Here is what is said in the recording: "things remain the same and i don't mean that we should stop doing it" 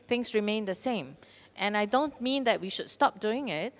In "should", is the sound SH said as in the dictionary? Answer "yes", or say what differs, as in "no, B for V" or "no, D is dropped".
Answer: yes